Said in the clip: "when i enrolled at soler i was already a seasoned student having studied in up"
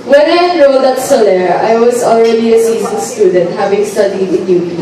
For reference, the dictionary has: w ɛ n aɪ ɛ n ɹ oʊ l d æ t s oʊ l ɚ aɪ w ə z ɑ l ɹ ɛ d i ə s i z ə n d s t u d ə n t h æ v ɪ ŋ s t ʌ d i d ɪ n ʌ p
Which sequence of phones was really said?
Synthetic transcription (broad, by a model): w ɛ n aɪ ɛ ɹ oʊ d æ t s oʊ l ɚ aɪ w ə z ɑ l ɹ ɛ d i ə s i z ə n s t u d ə n t h æ v ɪ ŋ s t ʌ d i d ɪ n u